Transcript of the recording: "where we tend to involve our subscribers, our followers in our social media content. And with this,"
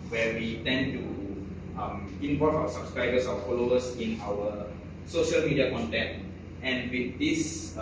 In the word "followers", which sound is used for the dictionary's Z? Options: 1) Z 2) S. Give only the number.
2